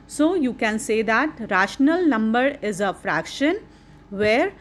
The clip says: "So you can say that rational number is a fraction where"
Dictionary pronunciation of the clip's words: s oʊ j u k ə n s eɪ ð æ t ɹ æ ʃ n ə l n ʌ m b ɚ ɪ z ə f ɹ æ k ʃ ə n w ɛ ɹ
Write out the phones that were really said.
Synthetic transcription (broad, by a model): s oʊ j u k ə n s eɪ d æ t ɹ æ ʃ n ə l n ʌ m b ɚ ɪ z ə f ɹ æ k ʃ ə n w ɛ ɹ